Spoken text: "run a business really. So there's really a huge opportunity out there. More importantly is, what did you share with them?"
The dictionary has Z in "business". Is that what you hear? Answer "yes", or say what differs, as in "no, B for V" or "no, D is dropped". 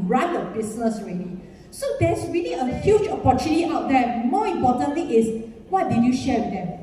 no, S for Z